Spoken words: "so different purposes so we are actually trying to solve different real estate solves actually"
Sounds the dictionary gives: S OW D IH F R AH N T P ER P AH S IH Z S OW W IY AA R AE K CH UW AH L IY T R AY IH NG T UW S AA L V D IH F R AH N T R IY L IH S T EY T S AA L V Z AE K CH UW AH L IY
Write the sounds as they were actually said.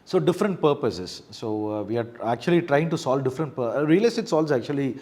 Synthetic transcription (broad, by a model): S OW D IH F R AH N T P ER P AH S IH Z S OW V IY AA R AE K CH UW AH L IY T R AY IH NG T UW S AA L D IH F R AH N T R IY L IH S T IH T S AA L Z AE K CH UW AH L IY